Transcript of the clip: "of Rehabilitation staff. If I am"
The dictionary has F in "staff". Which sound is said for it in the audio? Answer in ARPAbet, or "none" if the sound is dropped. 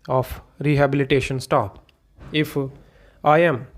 P